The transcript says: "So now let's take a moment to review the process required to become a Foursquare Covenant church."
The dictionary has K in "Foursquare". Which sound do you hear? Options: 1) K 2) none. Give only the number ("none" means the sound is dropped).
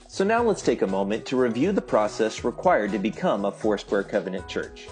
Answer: 2